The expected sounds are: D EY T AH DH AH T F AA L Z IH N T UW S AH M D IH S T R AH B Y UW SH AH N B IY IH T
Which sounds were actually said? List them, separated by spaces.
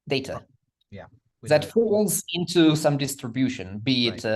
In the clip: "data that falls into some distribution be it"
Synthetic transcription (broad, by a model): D EY T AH DH AH T F AA L Z IH N T UW S AH M D IH S T R AH B Y UW SH AH N B IY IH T